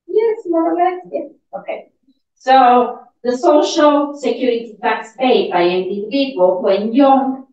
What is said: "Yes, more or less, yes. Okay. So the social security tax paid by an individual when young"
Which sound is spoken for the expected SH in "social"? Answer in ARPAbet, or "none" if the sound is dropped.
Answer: SH